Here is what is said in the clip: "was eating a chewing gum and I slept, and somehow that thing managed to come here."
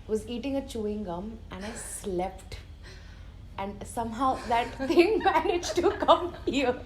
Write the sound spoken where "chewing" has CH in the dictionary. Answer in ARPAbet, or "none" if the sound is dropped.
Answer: CH